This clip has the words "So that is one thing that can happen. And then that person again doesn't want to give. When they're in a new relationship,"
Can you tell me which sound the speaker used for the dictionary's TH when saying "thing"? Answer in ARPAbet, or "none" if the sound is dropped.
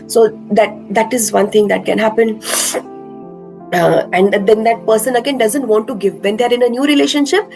T